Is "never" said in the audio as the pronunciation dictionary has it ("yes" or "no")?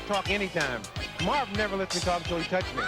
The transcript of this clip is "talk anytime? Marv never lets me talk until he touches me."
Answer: yes